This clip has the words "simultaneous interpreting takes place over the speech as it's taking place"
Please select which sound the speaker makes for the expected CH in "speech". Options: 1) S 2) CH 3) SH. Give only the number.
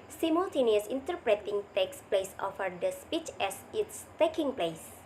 2